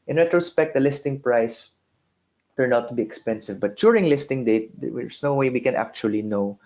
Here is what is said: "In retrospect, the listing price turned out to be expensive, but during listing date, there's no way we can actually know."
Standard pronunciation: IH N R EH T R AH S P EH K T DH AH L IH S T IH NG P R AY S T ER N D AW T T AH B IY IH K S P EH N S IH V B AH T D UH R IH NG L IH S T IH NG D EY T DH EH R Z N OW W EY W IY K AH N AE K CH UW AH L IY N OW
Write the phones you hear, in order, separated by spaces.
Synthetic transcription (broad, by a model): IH N R EH T R AH S P EH K T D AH L IH S T IH NG P R AY S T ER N AW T T AH B IY IH K S P EH N S IH V B AH T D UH R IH NG L IH S T IH NG D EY T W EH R S N OW W EY W IY K AH N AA K CH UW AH L IY N OW